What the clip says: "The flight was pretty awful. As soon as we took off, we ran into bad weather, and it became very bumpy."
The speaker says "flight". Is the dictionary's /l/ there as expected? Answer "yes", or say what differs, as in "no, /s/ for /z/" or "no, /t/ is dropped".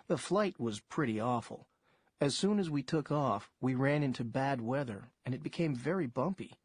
yes